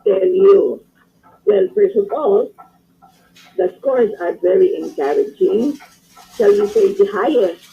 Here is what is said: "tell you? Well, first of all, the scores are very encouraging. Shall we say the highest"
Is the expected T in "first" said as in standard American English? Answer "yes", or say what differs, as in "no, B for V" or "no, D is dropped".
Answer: no, T is dropped